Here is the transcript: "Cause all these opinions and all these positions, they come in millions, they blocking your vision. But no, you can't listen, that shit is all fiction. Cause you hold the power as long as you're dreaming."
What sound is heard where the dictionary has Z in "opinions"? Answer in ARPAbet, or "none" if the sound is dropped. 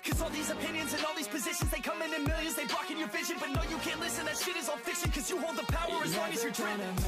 Z